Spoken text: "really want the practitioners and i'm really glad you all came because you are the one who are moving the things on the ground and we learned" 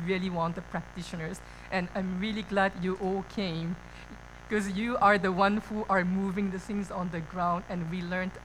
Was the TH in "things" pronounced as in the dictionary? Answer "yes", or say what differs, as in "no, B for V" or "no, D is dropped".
no, S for TH